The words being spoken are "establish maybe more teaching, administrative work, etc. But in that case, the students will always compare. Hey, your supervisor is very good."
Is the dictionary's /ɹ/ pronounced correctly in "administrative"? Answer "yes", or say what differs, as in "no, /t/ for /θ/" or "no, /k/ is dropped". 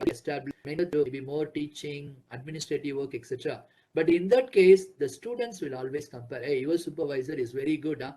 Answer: yes